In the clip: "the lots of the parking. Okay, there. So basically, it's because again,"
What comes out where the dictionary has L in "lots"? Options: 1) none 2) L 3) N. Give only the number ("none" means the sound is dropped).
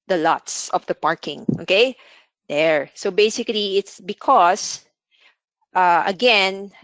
2